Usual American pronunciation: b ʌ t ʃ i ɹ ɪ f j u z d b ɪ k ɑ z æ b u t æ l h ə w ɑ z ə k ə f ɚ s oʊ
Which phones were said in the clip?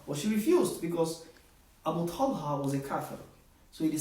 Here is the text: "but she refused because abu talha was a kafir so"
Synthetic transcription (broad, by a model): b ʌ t ʃ i ɹ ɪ f j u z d b ɪ k ɑ z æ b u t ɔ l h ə w ɑ z ə k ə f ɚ s oʊ